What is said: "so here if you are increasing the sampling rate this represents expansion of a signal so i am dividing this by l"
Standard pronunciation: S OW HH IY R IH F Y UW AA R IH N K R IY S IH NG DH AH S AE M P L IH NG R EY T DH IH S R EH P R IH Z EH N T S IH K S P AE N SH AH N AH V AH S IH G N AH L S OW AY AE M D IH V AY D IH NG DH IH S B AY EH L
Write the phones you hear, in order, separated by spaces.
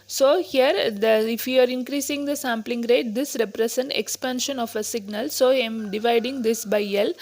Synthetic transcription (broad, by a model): S OW HH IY R IH F Y UW AA R IH N K R IY S IH NG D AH S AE M P L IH NG R EY T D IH S R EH P R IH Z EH N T IH K S P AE N SH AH N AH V AH S IH G N AH L S OW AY M D IH V AY D IH NG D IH S B AY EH L